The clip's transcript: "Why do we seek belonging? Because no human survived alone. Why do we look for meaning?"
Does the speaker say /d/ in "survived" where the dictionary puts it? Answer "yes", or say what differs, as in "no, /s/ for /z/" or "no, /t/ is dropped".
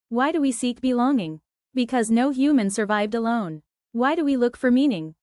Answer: yes